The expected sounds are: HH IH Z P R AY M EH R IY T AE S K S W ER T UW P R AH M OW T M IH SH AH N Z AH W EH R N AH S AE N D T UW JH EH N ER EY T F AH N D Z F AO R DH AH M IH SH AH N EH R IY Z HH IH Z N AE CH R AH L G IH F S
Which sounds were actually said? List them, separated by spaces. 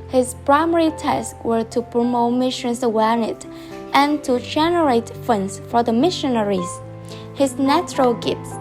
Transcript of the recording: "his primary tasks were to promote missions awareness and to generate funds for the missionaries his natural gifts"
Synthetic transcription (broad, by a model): HH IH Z P R AY M EH R IY T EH S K W ER T UW P R AH M OW T M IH SH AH N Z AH W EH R N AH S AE N T UW JH EH N ER EY T F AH N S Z F AO R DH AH M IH SH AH N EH R IY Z HH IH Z N AE CH R AH L G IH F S